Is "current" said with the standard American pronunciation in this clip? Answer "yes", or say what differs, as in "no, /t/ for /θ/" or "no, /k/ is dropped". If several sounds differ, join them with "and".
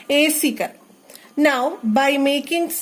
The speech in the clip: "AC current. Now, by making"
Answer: no, /n/ is dropped